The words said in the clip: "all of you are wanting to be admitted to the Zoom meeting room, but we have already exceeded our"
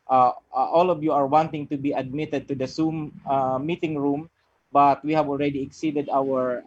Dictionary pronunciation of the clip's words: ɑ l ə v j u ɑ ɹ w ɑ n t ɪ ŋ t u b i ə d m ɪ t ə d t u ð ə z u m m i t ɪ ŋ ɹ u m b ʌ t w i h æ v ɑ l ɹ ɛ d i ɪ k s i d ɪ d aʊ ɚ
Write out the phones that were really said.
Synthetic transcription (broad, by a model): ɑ l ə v j u ɑ ɹ w ɑ n t ɪ ŋ t u b i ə d m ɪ t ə d t u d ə s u m m i t ɪ ŋ ɹ u m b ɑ t w i h æ v ɑ l ɹ ɛ d i ɪ k s i d ɪ d aʊ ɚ